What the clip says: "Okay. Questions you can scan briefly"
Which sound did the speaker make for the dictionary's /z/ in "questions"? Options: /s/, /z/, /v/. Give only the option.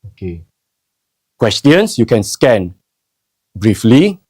/s/